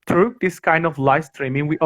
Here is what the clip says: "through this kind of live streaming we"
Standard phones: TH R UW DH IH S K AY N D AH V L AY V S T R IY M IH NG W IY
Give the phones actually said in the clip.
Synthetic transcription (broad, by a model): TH R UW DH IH S K AY N D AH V L AY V S T R IY M IH NG W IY